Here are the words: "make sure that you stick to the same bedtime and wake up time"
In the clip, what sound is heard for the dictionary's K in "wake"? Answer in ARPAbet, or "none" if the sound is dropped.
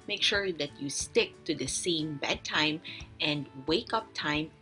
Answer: K